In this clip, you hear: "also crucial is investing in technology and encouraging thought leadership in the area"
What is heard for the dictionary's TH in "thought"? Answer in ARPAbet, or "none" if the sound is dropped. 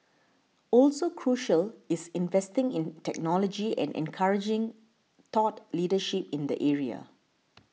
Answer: T